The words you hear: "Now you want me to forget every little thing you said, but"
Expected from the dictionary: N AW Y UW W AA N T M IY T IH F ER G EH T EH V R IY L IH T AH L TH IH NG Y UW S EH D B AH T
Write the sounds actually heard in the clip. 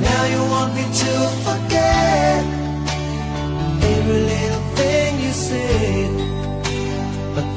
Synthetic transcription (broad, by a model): N AW Y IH W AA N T M IY T IH F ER G EH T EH R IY L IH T L TH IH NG Y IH S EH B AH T